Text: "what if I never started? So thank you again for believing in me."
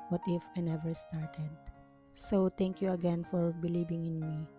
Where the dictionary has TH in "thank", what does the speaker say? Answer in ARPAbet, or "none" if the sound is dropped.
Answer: T